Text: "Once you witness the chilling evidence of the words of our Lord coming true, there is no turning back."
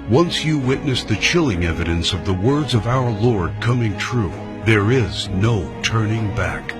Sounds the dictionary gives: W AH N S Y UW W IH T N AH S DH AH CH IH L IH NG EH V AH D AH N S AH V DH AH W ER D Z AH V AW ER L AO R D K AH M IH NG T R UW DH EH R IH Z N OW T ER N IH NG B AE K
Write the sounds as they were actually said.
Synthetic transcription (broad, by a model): W AH N S Y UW W IH T N AH S DH AH CH IH L IH NG EH V AH D AH N S AH V DH AH W ER D Z AH V AW ER L AO R D K AH M IH NG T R UW DH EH R IH Z N OW T ER N IH NG B AE K